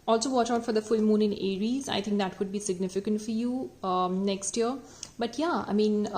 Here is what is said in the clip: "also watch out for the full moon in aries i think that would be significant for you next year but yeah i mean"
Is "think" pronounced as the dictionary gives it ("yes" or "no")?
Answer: no